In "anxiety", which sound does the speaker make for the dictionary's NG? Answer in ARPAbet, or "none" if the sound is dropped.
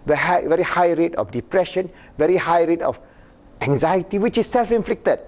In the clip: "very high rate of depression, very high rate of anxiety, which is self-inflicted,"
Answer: NG